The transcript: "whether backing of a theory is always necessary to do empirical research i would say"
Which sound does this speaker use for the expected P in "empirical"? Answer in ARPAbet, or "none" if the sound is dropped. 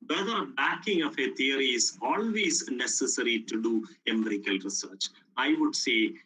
none